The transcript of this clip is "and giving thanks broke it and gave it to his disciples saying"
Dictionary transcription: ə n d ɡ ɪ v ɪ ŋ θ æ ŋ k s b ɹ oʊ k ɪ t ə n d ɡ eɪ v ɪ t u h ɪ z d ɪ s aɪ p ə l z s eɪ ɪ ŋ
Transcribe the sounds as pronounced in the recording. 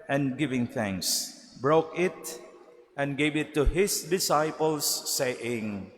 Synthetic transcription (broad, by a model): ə n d ɡ ɪ v ɪ ŋ θ æ ŋ k s b ɹ oʊ k ɪ t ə n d ɡ eɪ v ɪ t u h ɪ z d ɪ s aɪ p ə l s eɪ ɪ ŋ